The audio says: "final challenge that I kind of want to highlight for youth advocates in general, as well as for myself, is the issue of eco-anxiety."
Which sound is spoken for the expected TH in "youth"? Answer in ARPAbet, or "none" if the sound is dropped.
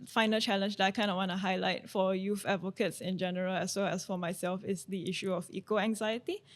F